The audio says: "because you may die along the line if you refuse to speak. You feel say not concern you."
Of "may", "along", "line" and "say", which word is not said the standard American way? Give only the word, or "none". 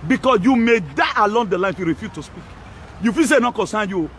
line